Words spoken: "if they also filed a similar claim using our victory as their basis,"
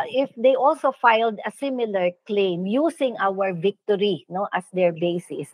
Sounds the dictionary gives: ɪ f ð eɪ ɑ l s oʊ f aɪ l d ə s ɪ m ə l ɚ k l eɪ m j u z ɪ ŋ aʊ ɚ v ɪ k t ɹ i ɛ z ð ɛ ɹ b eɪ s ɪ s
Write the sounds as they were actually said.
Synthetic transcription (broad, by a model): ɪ f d eɪ ɑ l s oʊ f aɪ l d ə s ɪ m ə l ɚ k l eɪ m j u s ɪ ŋ aʊ ɚ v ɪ k t ɹ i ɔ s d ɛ ɹ b eɪ s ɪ s